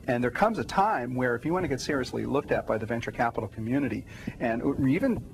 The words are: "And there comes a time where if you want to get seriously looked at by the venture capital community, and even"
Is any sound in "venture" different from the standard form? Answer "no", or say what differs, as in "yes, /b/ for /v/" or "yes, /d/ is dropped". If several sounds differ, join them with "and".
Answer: no